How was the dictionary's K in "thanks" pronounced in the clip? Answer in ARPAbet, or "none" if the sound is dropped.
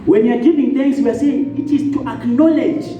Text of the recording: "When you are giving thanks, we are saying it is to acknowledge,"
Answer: none